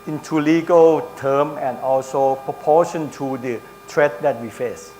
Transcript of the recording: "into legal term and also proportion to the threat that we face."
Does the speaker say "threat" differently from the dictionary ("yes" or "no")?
yes